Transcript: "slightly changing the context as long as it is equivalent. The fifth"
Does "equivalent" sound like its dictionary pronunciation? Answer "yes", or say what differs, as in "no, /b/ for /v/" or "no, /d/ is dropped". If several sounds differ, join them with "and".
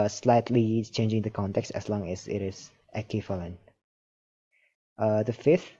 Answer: no, /f/ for /v/